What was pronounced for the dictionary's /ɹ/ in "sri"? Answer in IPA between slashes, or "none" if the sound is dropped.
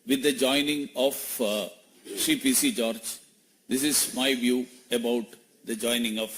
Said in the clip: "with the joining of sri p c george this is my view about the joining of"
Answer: none